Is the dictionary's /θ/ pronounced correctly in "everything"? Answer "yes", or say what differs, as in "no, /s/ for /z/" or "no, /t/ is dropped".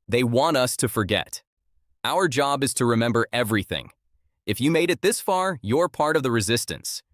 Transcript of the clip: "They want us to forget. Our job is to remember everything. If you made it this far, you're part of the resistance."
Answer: yes